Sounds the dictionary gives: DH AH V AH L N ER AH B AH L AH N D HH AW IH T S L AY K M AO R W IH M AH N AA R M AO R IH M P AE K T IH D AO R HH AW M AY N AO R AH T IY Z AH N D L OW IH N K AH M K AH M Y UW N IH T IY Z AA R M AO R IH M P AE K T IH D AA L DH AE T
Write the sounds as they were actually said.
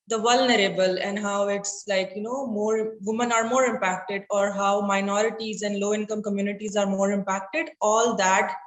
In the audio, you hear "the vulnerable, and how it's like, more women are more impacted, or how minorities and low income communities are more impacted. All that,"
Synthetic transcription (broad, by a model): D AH V AH L N ER AH B AH L AH N D HH AW IH T S L AY K M AO R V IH M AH N AA R M AO R IH M P AE K T IH D AO R HH AW M AY N AO R AH T IY Z AH N D L OW IH N K AH M K AH M Y UW N IH T IY Z AA R M AO R IH M P AE K T IH D AA L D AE T